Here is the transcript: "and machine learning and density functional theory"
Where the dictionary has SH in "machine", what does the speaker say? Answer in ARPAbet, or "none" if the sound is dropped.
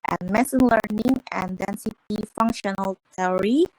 S